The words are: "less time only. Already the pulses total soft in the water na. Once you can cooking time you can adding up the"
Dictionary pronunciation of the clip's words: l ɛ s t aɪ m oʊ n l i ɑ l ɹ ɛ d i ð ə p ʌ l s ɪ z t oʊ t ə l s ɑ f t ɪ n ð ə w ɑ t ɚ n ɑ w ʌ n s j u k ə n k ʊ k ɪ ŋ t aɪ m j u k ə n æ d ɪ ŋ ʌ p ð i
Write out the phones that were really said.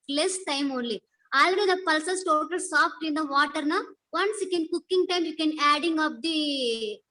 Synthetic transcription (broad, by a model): l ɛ s t aɪ m oʊ n l i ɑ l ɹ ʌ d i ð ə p ʌ l s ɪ s t oʊ t ə l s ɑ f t ɪ n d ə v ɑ t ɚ n ɑ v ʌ n s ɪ k ə n k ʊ k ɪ ŋ t aɪ m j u k ə n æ d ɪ ŋ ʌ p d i